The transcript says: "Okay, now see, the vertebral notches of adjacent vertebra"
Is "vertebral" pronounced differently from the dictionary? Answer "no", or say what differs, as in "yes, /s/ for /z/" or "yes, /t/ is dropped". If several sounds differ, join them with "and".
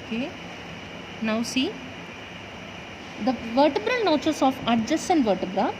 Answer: no